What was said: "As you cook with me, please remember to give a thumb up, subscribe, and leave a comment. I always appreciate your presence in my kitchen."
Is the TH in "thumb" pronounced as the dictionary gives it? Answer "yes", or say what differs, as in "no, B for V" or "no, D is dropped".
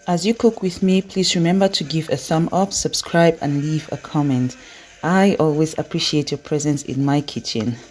no, S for TH